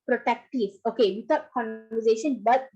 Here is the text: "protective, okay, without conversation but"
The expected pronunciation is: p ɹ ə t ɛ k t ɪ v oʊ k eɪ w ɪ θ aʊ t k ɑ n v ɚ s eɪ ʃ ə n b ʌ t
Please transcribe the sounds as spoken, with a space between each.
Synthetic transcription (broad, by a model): p ɹ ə t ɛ k t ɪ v oʊ k eɪ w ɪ t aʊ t k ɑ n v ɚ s eɪ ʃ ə n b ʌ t